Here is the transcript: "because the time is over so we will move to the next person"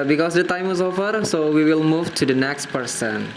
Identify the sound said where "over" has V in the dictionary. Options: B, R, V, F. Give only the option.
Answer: F